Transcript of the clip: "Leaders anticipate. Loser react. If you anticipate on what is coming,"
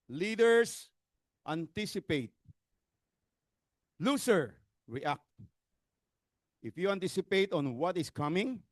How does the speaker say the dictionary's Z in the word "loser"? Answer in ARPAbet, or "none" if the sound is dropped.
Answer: S